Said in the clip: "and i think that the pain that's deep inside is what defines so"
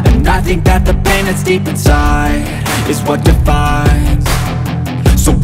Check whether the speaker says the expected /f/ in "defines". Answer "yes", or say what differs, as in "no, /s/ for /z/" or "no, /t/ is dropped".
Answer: yes